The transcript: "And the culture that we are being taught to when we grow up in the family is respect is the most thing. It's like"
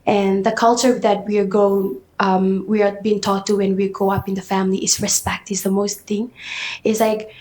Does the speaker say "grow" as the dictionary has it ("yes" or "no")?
no